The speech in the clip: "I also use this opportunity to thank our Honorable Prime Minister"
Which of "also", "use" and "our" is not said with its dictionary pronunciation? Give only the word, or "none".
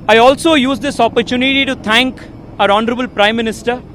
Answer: none